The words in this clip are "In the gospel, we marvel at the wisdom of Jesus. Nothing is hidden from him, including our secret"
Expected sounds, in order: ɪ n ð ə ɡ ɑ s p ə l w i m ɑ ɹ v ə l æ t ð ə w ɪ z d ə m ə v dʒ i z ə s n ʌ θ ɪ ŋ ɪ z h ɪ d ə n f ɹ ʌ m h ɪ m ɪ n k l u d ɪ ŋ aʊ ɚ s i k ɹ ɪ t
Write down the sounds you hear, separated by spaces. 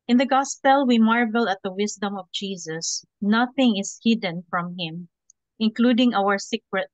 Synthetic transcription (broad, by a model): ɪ n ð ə ɡ ɑ s p ə l w i m ɑ ɹ v ə l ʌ t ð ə w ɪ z d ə m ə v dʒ i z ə s n ʌ θ ɪ ŋ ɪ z h ɪ d ə n f ɹ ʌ m h ɪ m ɪ n k l u d ɪ ŋ aʊ ɚ s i k ɹ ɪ t